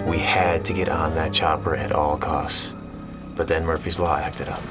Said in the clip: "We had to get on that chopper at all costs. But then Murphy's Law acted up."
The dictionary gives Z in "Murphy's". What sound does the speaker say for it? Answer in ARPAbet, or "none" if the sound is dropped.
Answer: Z